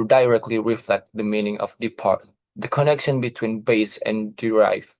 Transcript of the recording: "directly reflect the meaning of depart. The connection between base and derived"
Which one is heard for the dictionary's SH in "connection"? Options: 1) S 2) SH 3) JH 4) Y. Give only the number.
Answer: 2